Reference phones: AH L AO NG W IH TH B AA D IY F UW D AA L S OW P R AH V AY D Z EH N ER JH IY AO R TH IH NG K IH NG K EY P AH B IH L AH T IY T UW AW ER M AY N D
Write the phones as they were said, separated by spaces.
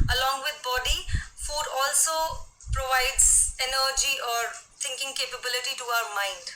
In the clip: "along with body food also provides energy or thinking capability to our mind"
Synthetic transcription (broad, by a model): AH L AO NG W IH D B AA D IY F UW D AA L S OW P R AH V AY D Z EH N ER JH IY AO R T IH NG K IH NG K EY P AH B IH L AH T IY T UW AW ER M AY N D